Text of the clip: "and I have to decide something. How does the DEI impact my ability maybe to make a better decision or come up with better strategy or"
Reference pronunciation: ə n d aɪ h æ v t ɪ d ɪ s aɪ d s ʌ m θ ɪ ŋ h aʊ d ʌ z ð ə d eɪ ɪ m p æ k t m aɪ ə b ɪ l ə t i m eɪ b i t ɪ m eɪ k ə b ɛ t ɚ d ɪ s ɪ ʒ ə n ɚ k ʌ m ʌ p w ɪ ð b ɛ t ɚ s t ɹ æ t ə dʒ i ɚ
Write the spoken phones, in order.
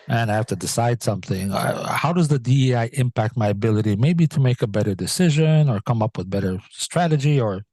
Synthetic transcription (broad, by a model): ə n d aɪ h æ f t ɪ d ɪ s aɪ d s ʌ m θ ɪ ŋ h aʊ d ʌ z ð ə d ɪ ɪ m p æ k t m aɪ ə b ɪ l ə t i m eɪ b i t ɪ m eɪ k ə b ɛ t ɚ d ɪ s ɪ ʒ ə n ɚ k ʌ m ʌ p w ɪ ð b ɛ t ɚ s t ɹ æ t ə dʒ i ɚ